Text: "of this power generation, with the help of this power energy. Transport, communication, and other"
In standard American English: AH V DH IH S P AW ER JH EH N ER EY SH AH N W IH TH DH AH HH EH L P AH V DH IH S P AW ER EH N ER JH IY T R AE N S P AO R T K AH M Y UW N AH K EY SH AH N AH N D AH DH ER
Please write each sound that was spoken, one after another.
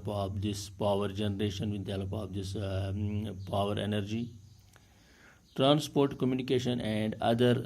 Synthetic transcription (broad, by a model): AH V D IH S P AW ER JH EH N ER EY SH AH N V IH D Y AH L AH P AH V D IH S P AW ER EH N ER JH IY T R AE N S P AO R T K AH M Y UW N AH K EY SH AH N AH N D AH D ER